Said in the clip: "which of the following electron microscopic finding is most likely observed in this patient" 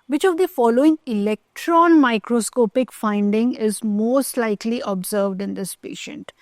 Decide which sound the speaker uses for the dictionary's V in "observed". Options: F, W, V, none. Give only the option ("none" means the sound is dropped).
V